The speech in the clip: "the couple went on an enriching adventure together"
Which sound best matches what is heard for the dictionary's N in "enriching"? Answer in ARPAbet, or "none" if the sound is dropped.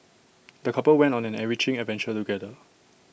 none